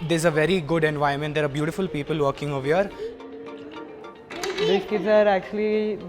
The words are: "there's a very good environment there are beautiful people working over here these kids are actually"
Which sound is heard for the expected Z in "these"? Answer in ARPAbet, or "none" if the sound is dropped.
none